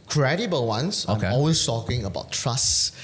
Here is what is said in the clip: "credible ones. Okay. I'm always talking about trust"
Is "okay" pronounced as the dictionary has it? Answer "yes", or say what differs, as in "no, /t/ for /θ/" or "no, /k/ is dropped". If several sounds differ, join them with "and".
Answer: no, /k/ is dropped